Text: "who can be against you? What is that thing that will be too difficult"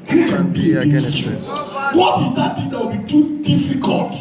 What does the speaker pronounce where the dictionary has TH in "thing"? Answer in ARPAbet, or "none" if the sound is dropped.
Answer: T